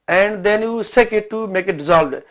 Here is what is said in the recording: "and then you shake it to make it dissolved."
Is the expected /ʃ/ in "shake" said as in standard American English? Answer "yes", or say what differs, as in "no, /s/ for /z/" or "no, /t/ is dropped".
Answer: no, /s/ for /ʃ/